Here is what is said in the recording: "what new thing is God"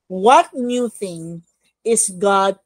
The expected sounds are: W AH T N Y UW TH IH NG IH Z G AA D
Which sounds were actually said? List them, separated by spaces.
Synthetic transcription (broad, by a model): W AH T N Y UW TH IH NG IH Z G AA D